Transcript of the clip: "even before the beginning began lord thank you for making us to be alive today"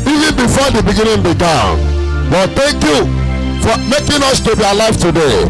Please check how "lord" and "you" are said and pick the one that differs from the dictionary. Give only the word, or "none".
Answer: lord